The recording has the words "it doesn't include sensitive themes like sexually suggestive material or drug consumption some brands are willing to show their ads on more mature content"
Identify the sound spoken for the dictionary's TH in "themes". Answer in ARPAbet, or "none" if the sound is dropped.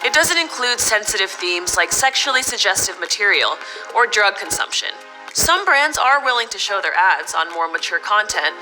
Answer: TH